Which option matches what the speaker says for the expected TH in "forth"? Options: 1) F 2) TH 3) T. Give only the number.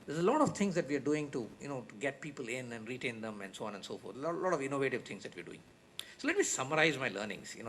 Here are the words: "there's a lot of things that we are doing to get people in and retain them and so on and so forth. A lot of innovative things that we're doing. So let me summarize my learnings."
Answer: 3